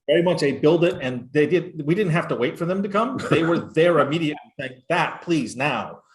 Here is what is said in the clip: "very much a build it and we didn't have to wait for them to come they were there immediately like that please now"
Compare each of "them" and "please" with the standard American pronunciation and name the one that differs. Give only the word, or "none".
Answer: none